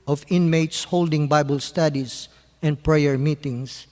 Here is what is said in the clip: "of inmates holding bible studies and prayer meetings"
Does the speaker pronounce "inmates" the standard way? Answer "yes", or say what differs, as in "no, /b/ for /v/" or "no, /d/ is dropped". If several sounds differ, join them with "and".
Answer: yes